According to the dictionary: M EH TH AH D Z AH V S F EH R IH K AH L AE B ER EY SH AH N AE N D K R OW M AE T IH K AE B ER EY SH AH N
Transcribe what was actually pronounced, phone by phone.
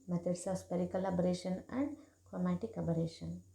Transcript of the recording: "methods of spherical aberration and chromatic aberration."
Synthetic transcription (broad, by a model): M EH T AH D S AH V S P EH R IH K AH L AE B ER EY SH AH N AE N D K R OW M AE T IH K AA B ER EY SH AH N